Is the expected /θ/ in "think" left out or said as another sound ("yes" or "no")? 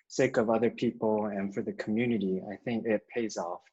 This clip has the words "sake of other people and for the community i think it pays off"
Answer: no